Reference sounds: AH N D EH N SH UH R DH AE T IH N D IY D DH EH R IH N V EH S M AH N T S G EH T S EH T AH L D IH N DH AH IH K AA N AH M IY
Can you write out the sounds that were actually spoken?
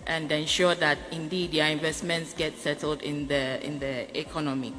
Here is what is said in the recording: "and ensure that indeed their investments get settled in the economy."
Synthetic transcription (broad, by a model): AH N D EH N SH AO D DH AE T IH N D IY D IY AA IH N V EH S M AH N T S G EH T S EH T AH L D IH N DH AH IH K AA N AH M IY